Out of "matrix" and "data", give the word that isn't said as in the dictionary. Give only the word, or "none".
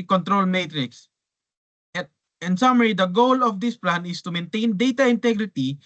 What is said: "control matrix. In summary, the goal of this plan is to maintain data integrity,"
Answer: none